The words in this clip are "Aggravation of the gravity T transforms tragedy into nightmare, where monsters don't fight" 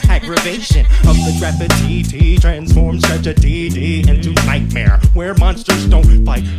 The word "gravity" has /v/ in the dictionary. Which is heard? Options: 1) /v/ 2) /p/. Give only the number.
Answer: 2